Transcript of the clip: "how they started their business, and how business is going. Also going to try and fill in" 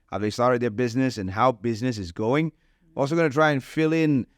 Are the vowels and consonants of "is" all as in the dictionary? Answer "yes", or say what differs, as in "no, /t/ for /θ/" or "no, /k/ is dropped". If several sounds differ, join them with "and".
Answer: yes